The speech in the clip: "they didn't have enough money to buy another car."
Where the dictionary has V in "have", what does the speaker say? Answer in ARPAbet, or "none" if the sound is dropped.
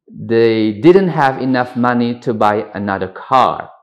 V